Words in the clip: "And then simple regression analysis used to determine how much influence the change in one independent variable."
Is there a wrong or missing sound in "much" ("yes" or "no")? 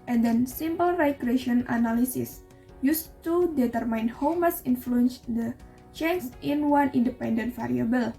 yes